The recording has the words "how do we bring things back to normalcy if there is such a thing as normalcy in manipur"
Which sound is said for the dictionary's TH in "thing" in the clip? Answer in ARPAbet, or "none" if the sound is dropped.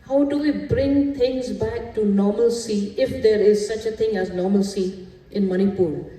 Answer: T